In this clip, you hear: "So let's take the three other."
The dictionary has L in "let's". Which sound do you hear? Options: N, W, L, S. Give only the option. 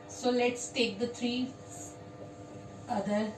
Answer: L